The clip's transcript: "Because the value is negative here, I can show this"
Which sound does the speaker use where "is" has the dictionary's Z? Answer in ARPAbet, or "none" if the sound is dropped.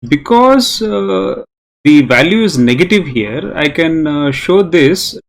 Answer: Z